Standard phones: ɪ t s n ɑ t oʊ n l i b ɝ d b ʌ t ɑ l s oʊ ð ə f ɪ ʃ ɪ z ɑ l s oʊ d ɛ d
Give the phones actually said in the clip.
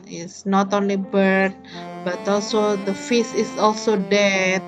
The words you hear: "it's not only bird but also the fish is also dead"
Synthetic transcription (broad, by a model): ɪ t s n ɑ t oʊ n l i b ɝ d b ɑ t ɑ l s oʊ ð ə f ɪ s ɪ s ɑ l s oʊ d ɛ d